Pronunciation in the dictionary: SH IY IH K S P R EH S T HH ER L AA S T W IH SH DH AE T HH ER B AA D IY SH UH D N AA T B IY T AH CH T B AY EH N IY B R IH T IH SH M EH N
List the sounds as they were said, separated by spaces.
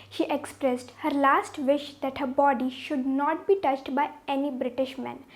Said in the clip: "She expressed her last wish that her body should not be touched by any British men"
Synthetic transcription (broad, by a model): SH IY IH K S P R EH S T HH ER L AA S T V IH SH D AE T HH ER B AA D IY SH UH D N AA T B IY T AH CH T B AY EH N IY B R IH T IH SH M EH N